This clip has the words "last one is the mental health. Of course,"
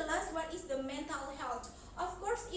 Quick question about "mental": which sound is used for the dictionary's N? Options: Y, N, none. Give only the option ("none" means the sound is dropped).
N